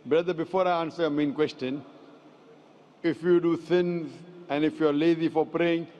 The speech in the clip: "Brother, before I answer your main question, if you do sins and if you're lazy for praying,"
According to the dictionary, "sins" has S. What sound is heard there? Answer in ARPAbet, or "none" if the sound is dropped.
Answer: TH